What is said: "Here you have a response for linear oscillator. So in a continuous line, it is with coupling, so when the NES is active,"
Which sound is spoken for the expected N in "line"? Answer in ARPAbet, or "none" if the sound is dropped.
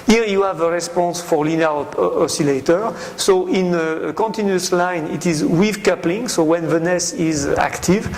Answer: N